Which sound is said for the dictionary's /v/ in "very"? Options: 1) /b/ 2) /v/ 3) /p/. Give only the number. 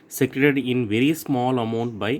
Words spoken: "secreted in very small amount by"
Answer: 2